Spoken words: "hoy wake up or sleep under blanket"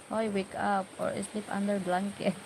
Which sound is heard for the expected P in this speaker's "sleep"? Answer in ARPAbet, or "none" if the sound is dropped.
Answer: P